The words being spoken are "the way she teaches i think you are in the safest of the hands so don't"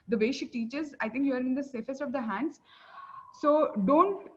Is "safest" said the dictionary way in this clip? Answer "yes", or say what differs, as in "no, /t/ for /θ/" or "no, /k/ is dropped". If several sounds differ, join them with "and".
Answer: yes